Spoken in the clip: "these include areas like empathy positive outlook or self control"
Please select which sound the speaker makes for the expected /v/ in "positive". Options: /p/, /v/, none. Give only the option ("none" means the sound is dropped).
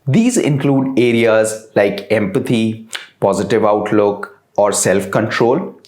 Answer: /v/